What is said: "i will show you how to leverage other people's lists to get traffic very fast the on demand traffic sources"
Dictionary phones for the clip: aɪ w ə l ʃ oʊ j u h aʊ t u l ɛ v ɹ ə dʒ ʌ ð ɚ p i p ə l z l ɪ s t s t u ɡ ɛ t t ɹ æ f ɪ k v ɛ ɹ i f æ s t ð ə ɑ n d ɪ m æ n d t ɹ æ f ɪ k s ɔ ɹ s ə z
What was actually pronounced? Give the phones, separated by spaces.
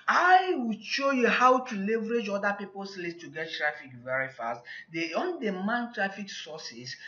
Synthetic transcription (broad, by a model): aɪ w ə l ʃ oʊ j u h aʊ t u l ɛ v ɹ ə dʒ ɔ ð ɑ p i p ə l s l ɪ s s t u ɡ ɛ t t ɹ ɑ f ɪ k v ɛ ɹ i f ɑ s t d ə ɑ n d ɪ m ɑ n t ɹ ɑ f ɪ k s ɔ s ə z